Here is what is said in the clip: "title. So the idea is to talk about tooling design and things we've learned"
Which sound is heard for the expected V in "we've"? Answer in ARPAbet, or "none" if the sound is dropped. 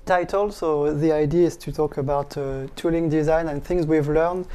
V